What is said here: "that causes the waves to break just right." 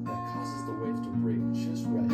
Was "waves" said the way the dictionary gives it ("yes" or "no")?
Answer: no